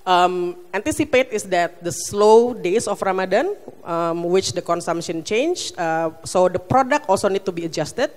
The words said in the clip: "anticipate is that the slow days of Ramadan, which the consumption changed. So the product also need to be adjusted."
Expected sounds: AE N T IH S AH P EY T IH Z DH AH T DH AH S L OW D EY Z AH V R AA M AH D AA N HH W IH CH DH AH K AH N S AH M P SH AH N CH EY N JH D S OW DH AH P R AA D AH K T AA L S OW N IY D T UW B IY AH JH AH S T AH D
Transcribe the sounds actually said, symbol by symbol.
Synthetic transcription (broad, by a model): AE N T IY S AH P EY T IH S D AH T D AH S L OW D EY S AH F R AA M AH D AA N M W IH CH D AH K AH N S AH M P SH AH N CH EY N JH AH S OW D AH P R AA D AH K T AA L S OW N IY D T UW B IY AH JH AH S T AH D